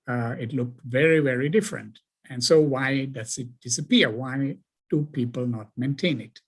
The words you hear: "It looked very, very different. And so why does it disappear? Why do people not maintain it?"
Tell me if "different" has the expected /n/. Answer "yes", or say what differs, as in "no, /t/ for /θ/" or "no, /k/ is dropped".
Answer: yes